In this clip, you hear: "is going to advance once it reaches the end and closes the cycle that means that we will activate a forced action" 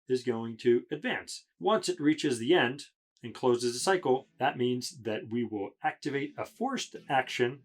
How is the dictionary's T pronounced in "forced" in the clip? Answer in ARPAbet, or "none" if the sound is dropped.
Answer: T